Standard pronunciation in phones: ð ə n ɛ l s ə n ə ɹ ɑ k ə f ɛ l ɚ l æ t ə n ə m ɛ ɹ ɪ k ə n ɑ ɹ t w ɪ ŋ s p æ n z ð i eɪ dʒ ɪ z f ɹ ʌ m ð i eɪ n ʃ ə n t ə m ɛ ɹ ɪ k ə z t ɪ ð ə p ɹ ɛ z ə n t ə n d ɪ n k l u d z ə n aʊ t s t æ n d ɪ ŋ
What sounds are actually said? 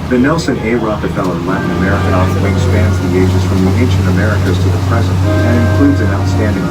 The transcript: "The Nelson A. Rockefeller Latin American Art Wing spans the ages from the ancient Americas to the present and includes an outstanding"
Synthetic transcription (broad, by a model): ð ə n ɛ l s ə n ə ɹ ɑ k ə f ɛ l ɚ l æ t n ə m ɛ ɹ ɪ k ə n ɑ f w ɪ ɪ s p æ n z ð i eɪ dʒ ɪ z f ɹ ʌ m ð i eɪ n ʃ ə n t ə m ɛ ɹ ɪ k ə z t ɪ ð ə p ɹ ɛ z ə n t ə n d ɪ n k l u d z ə n aʊ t s t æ n d ɪ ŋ